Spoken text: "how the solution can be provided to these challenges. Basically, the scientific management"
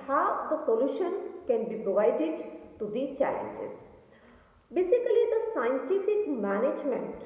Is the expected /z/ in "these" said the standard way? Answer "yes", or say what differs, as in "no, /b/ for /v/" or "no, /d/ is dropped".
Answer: no, /z/ is dropped